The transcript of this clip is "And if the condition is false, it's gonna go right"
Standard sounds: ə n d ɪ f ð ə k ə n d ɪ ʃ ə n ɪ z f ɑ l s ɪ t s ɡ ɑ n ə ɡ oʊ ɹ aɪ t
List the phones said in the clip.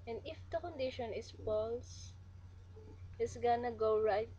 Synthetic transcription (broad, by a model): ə n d ɪ f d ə k ə n d ɪ ʃ ə n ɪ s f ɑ l s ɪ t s ɡ ɑ n ə ɡ oʊ ɹ aɪ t